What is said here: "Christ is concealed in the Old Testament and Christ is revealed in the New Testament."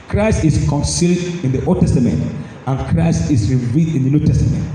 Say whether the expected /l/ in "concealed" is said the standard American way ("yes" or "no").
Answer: yes